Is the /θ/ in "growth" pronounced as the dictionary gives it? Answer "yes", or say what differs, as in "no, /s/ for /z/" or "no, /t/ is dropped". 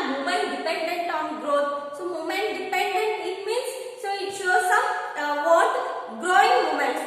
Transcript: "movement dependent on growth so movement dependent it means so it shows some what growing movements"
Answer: no, /t/ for /θ/